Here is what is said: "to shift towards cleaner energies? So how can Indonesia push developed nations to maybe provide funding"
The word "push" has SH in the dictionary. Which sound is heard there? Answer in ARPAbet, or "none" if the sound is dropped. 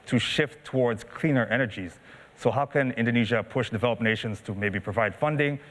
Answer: SH